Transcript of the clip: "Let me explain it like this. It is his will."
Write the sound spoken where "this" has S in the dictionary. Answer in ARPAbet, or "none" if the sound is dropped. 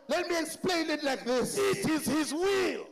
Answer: S